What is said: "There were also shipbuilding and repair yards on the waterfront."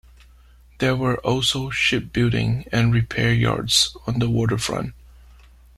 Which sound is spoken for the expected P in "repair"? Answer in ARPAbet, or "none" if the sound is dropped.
P